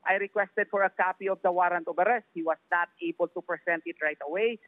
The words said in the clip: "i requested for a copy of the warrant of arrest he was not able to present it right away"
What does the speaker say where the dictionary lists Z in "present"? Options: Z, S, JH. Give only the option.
S